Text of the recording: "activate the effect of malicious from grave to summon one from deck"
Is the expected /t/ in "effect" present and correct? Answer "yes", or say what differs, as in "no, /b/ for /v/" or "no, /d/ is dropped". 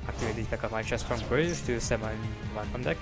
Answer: no, /t/ is dropped